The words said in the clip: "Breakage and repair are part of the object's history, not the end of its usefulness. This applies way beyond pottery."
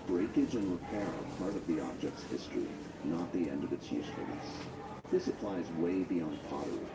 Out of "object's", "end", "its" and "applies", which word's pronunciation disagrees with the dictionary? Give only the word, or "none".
none